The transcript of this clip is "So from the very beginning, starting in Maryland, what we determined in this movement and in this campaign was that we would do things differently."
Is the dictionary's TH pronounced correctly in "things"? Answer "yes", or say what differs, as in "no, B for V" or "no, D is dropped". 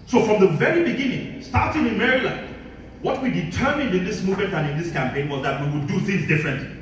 yes